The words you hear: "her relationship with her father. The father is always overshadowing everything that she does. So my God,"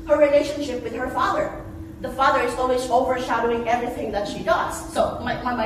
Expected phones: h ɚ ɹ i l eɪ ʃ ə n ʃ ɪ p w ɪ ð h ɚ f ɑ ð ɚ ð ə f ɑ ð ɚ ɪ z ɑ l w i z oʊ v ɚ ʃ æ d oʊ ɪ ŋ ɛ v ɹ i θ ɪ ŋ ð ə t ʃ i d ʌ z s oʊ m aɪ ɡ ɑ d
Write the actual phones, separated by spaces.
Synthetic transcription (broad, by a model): h ɚ ɹ i l eɪ ʃ ə n ʃ ɪ p w ɪ ð h ɚ f ɑ ð ɚ ð ə f ɑ ð ɚ ɪ z ɑ l w i z oʊ v ɚ ʃ æ d oʊ ɪ ŋ ɛ v ɹ i θ ɪ ŋ ð ə t ʃ i d ʌ z s oʊ m aɪ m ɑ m